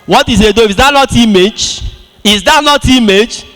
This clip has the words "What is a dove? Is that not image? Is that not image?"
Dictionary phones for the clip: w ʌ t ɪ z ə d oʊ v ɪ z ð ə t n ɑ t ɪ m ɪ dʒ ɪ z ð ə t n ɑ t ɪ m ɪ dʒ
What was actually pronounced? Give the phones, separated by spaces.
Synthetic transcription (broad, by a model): w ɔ t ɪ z ə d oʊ f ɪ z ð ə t n ɑ t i m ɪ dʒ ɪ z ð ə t n ɑ t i m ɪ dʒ